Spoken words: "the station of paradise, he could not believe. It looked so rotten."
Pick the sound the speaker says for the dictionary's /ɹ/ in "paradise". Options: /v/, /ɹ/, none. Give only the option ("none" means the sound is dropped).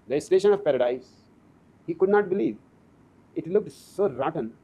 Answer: /ɹ/